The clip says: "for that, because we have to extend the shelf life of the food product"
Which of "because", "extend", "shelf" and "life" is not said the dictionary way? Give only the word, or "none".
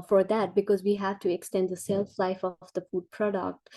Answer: shelf